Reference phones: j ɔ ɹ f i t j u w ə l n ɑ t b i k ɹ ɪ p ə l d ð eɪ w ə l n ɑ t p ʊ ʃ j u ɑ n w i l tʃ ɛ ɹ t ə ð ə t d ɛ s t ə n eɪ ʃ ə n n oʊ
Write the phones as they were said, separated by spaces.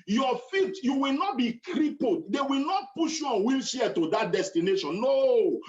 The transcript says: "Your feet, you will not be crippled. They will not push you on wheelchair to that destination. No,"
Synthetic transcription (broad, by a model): j ɔ f i t j u w ə l n ɑ t b i k ɹ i p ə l d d eɪ w ə l n ɑ t p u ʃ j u ɑ n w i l ʃ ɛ t ə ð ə t d ɛ s t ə n eɪ ʃ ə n n oʊ